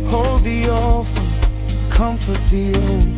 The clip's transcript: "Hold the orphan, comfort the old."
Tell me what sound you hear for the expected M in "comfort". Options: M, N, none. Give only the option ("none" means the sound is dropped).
M